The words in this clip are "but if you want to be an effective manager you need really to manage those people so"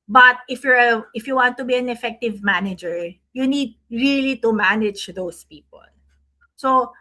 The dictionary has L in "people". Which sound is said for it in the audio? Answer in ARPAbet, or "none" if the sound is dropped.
L